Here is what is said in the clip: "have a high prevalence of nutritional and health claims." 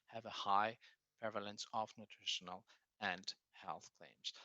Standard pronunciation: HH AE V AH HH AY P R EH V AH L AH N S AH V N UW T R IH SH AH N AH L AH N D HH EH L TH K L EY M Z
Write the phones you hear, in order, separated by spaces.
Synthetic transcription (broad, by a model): HH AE V AH HH AY P R EH V AH L AH N S AH V N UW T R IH SH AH N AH L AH N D HH EH L TH K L EY M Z